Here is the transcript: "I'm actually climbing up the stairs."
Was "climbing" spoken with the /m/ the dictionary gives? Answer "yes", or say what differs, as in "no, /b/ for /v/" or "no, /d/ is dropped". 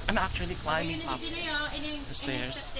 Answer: no, /m/ is dropped